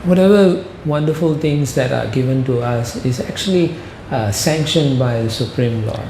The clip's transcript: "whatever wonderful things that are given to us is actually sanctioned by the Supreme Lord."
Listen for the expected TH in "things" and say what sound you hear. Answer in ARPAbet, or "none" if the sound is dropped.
T